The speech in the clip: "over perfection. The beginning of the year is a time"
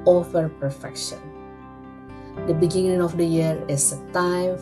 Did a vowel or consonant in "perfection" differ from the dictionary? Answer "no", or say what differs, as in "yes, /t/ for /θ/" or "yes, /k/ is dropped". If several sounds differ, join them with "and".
no